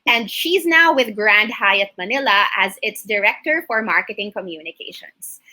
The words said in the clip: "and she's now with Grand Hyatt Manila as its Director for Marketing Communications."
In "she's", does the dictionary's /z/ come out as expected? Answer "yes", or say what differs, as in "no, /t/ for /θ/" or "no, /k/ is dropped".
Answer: yes